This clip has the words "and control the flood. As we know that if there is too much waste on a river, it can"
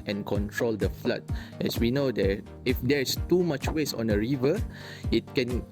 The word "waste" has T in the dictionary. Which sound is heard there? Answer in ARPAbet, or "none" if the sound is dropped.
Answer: none